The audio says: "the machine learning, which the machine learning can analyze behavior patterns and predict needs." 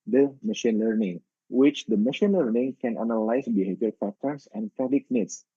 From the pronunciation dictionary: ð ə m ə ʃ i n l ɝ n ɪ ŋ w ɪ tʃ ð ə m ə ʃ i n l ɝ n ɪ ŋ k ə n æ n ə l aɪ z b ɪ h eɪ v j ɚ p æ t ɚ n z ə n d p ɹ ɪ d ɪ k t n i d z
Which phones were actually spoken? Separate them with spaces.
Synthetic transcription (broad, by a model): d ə m ə ʃ i n l ɝ n ɪ ŋ w ɪ tʃ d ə m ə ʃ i n l ɝ n ɪ ŋ k ə n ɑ n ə l aɪ s b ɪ h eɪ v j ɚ f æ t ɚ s ə n d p ɪ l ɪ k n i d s